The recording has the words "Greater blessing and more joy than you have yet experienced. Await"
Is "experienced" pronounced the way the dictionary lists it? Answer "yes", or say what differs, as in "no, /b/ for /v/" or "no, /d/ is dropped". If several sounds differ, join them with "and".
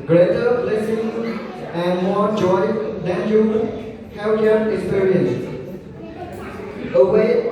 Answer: no, /t/ is dropped